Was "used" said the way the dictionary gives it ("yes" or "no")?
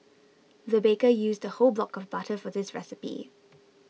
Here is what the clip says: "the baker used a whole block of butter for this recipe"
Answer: yes